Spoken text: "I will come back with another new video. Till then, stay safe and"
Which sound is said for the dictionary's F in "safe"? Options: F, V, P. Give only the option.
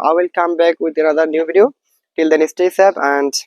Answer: P